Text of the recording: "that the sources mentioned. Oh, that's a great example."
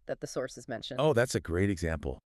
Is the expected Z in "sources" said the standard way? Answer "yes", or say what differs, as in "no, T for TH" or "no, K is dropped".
yes